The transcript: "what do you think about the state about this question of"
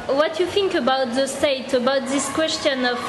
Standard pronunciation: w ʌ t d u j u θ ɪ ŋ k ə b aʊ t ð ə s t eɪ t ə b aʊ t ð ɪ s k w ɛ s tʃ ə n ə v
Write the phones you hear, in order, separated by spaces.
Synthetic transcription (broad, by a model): w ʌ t j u θ ɪ ŋ k ə b aʊ t ð ə s t eɪ t ə b aʊ t ð ɪ s k w ɛ s tʃ ə n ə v